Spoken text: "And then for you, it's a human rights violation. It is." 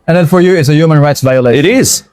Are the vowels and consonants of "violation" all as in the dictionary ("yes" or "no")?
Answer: no